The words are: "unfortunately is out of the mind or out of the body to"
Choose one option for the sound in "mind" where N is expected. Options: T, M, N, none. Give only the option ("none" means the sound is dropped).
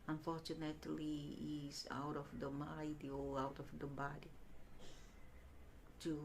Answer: none